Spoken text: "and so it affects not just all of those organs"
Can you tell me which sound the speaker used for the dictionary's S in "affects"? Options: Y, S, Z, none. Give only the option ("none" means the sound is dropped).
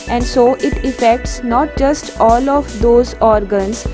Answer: S